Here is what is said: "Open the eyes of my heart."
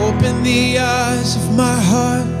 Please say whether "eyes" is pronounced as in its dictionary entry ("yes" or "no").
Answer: yes